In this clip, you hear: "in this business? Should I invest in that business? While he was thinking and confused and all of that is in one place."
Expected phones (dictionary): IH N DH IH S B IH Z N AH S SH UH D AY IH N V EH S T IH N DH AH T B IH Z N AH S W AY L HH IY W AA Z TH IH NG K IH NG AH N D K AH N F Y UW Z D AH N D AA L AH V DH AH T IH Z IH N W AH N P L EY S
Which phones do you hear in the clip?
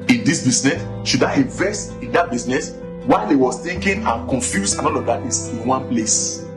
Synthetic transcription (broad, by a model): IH N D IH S B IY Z N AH S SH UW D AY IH V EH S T IH N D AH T B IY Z N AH S W AY L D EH W AA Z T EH K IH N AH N K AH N F Y UW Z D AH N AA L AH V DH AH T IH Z IH N W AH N P L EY S